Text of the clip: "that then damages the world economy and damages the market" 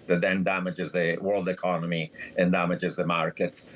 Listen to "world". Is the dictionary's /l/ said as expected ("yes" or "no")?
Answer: yes